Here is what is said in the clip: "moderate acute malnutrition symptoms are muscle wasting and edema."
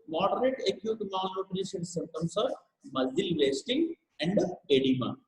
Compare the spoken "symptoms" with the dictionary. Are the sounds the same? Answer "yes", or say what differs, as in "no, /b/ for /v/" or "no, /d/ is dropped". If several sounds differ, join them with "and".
no, /p/ is dropped and /s/ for /z/